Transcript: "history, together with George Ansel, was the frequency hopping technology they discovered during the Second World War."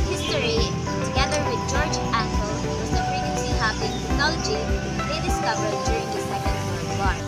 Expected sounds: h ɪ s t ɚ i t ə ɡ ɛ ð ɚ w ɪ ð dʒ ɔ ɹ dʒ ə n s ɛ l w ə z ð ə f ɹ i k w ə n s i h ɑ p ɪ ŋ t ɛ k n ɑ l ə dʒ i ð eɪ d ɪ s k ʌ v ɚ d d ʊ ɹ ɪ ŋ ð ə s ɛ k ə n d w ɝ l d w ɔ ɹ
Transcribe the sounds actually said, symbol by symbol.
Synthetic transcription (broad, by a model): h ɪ s t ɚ i t ə ɡ ɛ ð ɚ w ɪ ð dʒ ɔ ɹ dʒ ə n ʌ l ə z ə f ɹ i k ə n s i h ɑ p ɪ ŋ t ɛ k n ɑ l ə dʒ i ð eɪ d ɪ s k ʌ v ɚ d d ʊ ɹ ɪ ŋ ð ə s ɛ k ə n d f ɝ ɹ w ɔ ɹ